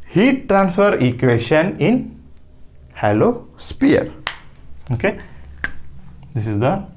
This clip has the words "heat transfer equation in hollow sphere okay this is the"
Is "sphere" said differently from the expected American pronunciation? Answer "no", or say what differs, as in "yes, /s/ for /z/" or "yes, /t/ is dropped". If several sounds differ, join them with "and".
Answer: yes, /p/ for /f/